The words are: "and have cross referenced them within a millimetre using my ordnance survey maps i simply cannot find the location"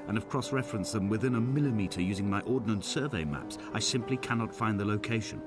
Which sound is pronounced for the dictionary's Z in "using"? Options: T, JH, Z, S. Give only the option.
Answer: Z